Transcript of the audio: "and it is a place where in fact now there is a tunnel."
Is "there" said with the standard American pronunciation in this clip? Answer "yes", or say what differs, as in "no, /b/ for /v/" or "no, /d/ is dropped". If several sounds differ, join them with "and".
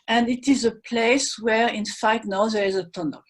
yes